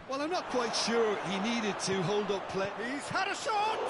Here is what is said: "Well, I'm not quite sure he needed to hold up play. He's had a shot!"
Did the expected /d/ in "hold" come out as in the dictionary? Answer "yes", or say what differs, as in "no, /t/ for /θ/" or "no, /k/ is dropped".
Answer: yes